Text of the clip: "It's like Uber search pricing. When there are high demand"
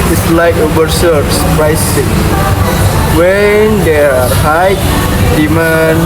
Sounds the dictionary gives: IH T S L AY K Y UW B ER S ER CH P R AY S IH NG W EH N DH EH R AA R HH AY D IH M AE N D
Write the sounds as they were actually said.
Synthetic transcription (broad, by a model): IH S L AY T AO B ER S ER S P R AY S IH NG W EH N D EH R AA R HH AY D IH M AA N